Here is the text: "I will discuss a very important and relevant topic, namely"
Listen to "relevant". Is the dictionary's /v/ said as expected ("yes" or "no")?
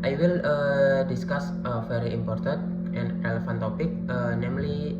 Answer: no